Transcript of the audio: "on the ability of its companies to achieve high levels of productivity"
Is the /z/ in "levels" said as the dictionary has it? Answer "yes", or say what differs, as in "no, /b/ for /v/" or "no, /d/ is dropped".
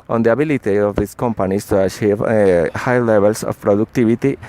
no, /s/ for /z/